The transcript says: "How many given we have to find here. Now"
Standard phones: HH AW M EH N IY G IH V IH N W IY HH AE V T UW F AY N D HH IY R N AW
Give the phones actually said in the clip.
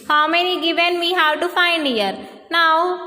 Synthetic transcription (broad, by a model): HH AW M EH N IY G IH V IH N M IY HH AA W T UW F AY N D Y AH R N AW